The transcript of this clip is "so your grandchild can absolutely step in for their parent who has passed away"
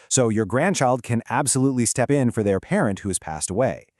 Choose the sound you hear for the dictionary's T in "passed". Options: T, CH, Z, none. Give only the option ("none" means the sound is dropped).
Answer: T